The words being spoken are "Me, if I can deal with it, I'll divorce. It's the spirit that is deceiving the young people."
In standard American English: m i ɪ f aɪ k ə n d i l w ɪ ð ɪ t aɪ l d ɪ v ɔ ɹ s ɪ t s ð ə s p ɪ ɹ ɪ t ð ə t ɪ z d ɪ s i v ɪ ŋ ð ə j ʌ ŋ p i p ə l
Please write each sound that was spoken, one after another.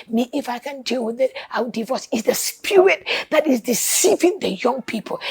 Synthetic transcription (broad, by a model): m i ɪ f aɪ k ə n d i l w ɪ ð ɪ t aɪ w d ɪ v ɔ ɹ s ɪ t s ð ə s p ɪ ɹ ɪ t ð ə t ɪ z d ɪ s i v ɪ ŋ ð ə j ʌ ŋ p i p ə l